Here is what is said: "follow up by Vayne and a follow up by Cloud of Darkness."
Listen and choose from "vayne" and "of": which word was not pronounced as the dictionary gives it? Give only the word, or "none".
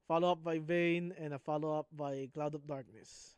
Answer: of